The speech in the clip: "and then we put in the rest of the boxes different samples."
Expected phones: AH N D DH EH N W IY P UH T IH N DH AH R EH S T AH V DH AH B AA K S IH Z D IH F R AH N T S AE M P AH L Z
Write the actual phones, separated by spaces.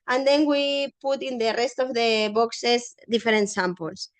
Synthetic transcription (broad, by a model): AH N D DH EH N W IY P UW T IH N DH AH R EH S T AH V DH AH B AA K S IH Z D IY F R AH N T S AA M P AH L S